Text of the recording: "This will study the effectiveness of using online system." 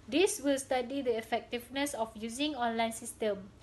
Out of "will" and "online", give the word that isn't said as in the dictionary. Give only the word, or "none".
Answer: none